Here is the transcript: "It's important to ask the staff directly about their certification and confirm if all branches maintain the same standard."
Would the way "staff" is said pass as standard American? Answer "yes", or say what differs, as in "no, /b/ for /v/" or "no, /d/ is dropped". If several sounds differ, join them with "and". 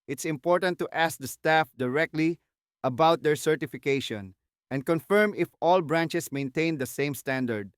yes